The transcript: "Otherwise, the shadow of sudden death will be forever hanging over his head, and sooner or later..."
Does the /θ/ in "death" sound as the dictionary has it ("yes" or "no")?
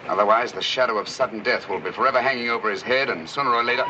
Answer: yes